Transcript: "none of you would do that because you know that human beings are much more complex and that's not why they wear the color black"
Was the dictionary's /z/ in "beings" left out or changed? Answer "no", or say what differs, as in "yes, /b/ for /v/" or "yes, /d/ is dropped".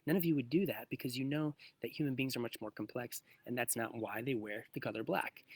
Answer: no